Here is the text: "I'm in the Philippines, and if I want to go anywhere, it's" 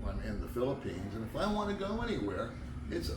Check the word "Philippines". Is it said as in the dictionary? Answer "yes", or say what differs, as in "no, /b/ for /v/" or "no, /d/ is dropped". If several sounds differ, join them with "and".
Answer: yes